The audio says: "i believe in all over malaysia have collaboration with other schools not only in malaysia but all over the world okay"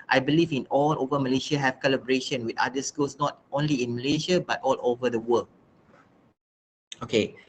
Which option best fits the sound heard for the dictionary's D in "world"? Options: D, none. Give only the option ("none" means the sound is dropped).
none